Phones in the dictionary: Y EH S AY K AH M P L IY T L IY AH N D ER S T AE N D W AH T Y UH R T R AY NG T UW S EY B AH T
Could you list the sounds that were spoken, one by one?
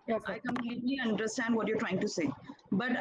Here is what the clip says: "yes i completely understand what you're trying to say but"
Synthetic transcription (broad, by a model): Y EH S AY K AH M P L IY T L IY AH N D ER S T AE N D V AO T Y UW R T R AY NG T UW S EY B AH T